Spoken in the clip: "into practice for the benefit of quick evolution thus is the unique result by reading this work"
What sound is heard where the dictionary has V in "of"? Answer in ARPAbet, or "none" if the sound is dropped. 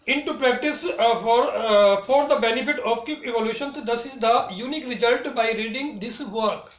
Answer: P